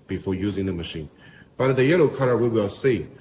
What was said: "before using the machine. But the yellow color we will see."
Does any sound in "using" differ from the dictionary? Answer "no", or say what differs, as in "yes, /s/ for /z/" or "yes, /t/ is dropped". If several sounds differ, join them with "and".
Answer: no